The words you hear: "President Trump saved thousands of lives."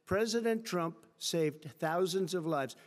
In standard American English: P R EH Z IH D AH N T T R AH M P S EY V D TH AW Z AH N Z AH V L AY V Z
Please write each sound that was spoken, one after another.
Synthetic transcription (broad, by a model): P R EH Z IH D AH N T T R AH M P S EY V D TH AW Z AH N Z AH V L AY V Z